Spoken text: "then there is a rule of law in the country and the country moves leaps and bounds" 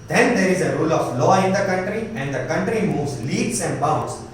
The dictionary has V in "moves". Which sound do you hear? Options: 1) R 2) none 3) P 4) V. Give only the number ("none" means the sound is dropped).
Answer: 4